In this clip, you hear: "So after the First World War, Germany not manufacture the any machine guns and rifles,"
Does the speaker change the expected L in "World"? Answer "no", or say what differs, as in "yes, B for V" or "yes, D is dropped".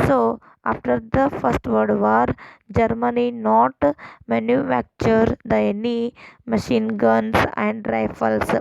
yes, L is dropped